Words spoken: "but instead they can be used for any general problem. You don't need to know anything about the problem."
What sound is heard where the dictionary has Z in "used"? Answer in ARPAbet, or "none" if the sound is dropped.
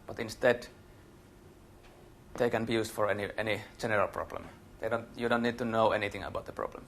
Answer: S